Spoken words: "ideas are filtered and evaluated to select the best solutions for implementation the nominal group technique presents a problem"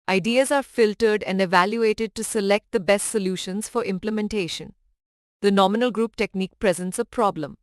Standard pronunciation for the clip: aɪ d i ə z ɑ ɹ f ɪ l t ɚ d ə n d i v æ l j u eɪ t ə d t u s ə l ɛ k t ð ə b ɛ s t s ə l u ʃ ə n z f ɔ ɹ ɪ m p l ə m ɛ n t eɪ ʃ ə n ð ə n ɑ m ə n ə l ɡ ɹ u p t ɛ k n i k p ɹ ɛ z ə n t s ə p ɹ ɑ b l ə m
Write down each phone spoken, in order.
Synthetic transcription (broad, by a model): aɪ d i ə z ɑ ɹ f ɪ l t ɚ d ə n d i v æ l j u eɪ t ə d t u s ə l ɛ k t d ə b ɛ s t s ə l u ʃ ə n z f ɔ ɹ ɪ m p l ə m ɛ n t eɪ ʃ ə n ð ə n ɑ m ə n ə l ɡ ɹ u p t ɛ k n i k p ɹ ɛ z ə n t s ə p ɹ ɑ b l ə m